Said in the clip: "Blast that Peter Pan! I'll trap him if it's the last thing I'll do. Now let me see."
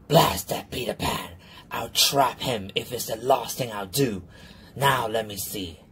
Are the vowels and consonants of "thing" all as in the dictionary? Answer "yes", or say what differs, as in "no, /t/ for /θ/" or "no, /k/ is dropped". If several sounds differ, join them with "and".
yes